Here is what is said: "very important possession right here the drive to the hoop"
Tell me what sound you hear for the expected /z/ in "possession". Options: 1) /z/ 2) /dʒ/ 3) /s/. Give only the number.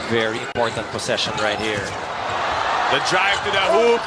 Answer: 3